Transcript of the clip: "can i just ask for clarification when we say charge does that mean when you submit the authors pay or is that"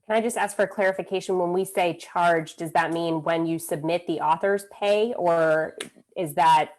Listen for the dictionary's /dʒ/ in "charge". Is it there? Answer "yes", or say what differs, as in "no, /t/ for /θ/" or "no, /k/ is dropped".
yes